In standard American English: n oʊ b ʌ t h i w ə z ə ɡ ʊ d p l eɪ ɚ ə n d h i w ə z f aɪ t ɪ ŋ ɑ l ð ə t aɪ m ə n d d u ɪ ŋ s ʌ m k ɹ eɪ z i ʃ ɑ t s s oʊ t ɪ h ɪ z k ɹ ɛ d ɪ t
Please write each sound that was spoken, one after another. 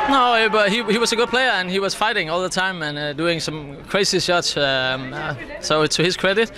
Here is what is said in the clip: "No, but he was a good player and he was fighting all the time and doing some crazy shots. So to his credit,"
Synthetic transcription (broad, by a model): n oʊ b ʌ t h i w ə z ə ɡ ʊ d p l eɪ ɚ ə n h i w ə z f aɪ t ɪ ŋ ɑ l ð ə t aɪ m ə n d d u ɪ ŋ s ʌ m k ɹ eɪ s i s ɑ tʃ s s oʊ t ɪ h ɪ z k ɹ ɛ d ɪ t